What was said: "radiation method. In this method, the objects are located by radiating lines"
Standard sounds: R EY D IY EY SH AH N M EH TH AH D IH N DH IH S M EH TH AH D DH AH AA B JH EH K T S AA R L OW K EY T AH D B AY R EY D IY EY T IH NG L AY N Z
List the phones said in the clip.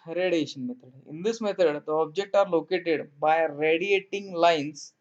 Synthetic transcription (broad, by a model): R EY D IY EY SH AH N M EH T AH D IH N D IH S M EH T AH D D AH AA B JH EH K T AA R L OW K EY T AH D B AY R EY D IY EY T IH NG L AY N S